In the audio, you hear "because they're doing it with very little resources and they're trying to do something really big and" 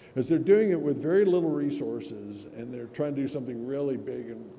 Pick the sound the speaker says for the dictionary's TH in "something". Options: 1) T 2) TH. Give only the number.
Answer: 2